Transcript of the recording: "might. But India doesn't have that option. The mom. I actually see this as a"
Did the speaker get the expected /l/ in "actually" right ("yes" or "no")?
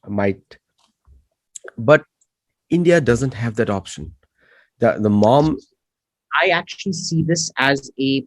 yes